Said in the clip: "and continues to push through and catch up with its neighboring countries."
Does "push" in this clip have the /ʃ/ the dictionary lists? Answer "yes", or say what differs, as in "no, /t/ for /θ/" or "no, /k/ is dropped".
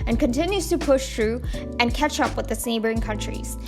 yes